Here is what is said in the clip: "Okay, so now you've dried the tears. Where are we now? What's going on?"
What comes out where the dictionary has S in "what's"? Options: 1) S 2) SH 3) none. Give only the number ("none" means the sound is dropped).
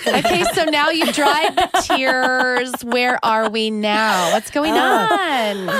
1